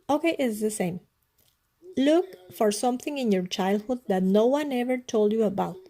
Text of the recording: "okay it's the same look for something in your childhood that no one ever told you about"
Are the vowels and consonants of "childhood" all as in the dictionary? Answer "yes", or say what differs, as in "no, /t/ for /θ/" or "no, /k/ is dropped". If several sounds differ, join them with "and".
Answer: yes